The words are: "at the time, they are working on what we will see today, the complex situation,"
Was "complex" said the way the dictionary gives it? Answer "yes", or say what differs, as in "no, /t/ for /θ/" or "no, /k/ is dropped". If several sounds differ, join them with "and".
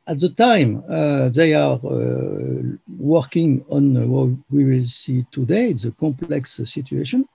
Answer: yes